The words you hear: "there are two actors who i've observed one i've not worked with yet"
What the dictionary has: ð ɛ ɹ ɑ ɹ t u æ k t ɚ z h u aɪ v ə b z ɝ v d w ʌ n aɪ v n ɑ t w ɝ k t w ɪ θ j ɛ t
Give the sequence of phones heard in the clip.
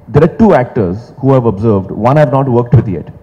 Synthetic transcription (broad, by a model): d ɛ ɹ ɑ ɹ t u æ k t ɚ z h u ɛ v ə b z ɝ v d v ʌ n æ v n ɑ t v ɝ k t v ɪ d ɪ t